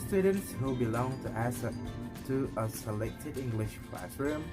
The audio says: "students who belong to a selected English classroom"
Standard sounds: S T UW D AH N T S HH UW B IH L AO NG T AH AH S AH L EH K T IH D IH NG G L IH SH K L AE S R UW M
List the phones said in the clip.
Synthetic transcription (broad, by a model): S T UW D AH N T S HH UW B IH L AO NG T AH AH S AH L EH K T IH D IH NG G L IH SH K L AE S R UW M